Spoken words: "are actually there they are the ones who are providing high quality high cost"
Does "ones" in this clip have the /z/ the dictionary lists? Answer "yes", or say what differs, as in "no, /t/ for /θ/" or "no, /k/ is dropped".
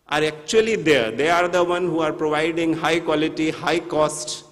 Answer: no, /z/ is dropped